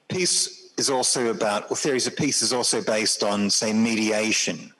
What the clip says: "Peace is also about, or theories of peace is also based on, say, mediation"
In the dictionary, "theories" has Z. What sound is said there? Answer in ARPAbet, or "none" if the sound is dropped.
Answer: Z